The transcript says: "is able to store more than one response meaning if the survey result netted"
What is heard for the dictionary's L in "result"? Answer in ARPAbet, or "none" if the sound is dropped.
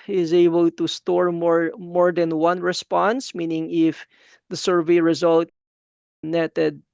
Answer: L